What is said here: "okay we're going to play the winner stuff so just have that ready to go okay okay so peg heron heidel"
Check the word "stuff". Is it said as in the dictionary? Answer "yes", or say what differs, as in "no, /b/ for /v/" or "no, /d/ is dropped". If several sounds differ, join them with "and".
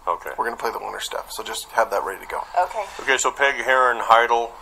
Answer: no, /p/ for /f/